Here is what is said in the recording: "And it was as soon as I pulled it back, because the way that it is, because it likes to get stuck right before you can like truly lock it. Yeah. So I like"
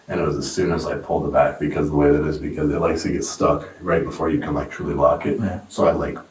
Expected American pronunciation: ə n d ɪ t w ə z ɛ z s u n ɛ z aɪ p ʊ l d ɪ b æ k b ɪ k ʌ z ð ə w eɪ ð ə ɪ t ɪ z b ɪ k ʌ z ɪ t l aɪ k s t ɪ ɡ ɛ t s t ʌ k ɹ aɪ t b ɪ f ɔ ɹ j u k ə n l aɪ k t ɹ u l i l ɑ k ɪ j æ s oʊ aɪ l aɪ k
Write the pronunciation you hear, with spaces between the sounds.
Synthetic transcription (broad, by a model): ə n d ɪ t w ə z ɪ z s u n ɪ z aɪ p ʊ l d ɪ b æ k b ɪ k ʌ z ð ə w eɪ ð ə ɪ t ɪ z b ɪ k ʌ z ɪ t l aɪ k s t ɪ ɡ ɛ t s t ʌ k ɹ aɪ t b ɪ f ɔ ɹ j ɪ k ə n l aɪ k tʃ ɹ l i l ɑ k ɪ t s oʊ aɪ l aɪ k